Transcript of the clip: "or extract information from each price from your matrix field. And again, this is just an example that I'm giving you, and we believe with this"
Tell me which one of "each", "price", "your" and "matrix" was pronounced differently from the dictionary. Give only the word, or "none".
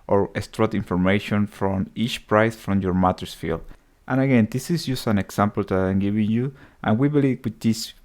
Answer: matrix